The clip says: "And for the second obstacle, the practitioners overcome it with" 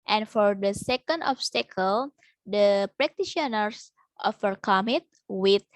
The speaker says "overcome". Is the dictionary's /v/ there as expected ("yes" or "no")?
no